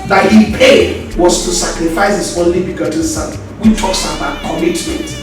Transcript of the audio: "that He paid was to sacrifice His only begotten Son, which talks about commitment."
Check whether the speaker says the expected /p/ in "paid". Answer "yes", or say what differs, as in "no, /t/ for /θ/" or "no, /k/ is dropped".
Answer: yes